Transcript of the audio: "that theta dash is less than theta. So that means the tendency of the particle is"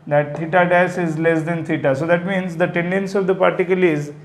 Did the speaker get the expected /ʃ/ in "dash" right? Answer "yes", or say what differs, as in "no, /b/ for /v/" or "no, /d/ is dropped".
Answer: no, /s/ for /ʃ/